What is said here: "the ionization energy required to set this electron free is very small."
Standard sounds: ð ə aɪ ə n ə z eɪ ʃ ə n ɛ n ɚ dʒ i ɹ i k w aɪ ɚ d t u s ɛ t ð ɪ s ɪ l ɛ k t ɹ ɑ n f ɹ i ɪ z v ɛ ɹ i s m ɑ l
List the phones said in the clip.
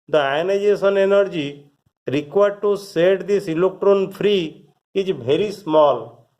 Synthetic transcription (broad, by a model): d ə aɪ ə n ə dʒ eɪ s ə n ɛ n ɚ dʒ i ɹ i k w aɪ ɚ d t u s ɛ t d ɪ s ɪ l ɛ k t ɹ ɑ n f ɹ i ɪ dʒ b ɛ ɹ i s m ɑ l